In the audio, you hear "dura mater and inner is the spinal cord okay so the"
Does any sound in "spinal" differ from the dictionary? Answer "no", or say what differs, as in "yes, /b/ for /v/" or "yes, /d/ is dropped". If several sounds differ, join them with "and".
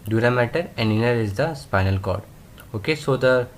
no